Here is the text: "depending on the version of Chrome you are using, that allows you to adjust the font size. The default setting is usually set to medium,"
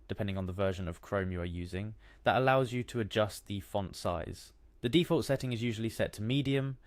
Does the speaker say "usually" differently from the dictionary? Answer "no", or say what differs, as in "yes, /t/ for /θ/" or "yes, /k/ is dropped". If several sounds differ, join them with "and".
no